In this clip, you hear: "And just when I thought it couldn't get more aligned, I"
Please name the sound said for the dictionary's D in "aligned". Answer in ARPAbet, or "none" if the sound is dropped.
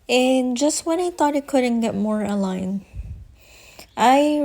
none